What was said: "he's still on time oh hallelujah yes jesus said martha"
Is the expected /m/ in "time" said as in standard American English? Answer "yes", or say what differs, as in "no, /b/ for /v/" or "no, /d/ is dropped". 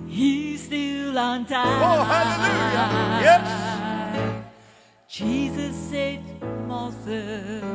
no, /m/ is dropped